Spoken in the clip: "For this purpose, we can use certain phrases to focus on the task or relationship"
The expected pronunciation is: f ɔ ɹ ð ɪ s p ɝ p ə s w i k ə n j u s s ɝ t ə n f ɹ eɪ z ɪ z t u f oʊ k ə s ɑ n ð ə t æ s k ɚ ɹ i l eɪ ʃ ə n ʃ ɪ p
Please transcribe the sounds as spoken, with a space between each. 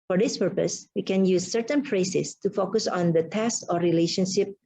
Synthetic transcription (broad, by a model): f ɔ ɹ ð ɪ s p ɝ p ə s w i k ə n j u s s ɝ t ə n p ɹ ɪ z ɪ s t u f oʊ k ə s ɑ n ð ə t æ s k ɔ ɹ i l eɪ ʃ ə n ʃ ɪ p